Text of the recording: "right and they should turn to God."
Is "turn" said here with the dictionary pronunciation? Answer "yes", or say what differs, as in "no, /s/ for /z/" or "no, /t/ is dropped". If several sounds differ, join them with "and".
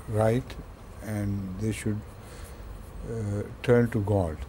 yes